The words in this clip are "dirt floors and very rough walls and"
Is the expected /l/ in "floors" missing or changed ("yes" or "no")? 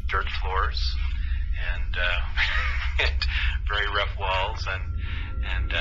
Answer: no